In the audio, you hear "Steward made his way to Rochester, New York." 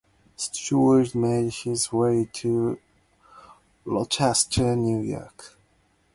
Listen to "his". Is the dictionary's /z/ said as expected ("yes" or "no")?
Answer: yes